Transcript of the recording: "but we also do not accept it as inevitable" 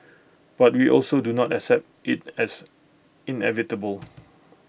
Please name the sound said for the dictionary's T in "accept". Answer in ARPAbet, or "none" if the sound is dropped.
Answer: T